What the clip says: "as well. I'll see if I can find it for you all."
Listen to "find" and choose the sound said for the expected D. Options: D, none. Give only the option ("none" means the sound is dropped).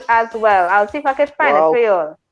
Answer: none